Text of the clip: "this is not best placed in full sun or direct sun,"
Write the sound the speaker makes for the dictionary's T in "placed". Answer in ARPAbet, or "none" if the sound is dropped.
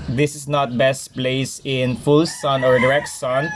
none